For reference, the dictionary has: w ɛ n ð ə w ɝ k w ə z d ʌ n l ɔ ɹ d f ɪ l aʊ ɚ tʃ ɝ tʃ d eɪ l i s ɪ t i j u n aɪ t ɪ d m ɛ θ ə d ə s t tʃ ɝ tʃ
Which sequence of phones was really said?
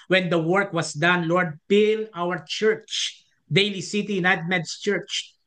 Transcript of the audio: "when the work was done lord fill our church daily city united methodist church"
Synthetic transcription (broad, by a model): w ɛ n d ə w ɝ k w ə s d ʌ n l ɔ ɹ d p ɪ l aʊ ɚ tʃ ɝ tʃ d eɪ l i s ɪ t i j u n aɪ t ɪ d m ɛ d s tʃ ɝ tʃ